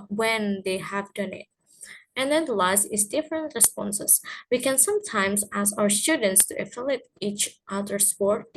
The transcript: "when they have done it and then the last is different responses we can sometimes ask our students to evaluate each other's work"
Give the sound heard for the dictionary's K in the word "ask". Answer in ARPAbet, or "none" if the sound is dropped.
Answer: none